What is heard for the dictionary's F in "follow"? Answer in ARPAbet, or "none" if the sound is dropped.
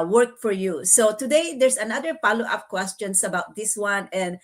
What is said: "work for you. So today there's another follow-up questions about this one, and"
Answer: P